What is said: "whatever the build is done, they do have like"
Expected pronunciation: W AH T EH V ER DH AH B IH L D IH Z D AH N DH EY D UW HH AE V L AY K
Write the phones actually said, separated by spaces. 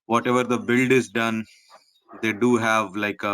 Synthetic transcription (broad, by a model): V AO T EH V ER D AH B IH L D IH Z D AH N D EY D UW HH AE V L AY K